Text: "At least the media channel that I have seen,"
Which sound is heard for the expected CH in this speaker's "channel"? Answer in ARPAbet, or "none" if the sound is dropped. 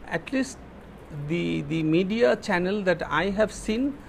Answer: CH